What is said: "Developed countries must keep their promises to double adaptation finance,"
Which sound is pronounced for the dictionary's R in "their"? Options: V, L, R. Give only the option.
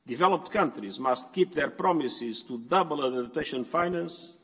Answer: R